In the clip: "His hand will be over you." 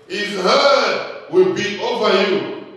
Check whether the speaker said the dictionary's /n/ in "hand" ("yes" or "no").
no